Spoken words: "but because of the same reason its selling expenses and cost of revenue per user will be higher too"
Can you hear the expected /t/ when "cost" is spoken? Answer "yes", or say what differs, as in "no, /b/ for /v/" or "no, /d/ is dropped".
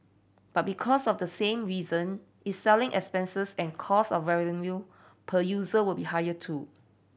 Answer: no, /t/ is dropped